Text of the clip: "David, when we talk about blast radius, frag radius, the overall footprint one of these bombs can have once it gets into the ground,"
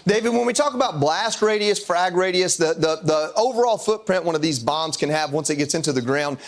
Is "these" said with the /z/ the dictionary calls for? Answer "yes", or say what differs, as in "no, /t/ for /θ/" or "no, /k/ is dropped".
yes